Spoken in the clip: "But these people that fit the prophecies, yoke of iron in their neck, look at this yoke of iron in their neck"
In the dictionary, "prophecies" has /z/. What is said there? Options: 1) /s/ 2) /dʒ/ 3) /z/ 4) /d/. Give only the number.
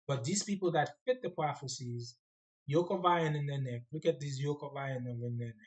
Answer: 3